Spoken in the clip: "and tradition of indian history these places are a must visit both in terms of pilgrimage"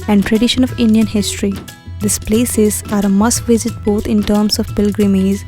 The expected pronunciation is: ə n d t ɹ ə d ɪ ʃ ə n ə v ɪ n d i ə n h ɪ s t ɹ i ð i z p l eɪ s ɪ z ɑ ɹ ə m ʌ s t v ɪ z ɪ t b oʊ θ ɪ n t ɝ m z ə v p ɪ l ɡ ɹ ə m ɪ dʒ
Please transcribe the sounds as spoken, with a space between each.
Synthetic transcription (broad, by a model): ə n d t ɹ ə d ɪ ʃ ə n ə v ɪ n d i ə n h ɪ s t ɹ i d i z p l eɪ s ɪ z ɑ ɹ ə m ʌ s t v ɪ z ɪ t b oʊ t ɪ n t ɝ m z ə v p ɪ l ɡ ɹ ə m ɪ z